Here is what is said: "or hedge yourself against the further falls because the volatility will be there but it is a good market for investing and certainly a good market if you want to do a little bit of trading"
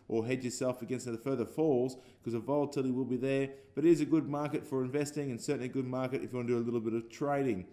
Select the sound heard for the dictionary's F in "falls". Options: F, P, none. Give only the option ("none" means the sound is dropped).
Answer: F